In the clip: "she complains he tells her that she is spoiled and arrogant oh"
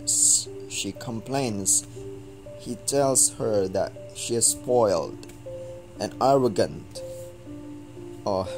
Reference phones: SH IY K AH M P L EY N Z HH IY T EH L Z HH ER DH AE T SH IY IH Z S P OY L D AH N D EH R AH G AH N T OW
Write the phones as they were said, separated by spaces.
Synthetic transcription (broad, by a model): SH IY K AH M P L EY N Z HH IY T EH L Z HH ER DH AE T SH IY IH Z S P OY L D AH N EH R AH G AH N T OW